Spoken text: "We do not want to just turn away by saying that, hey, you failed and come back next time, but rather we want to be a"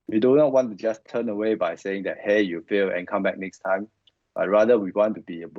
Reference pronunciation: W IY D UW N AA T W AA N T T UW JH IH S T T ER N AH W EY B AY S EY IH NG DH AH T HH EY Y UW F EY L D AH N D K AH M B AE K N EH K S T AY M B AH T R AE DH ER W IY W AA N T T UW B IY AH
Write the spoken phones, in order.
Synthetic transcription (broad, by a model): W IY D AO N AA T W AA N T T UW JH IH S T T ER N AH W EY B AY S EY IH NG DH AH T HH EY Y UW F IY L AH N K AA M B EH K N EH K S T AY M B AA T R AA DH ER W IY W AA N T T UW B IY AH